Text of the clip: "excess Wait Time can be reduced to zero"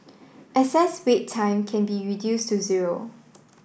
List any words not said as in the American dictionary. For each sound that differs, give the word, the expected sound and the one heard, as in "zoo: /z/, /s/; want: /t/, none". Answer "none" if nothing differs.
excess: /k/, none